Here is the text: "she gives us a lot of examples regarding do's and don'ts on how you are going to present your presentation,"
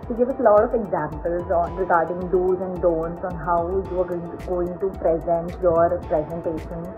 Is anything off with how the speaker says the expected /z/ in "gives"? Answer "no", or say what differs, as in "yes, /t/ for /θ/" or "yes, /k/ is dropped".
yes, /z/ is dropped